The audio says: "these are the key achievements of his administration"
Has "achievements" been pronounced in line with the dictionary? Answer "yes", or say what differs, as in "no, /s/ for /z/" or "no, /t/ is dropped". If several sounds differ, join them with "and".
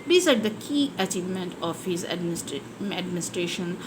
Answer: no, /s/ is dropped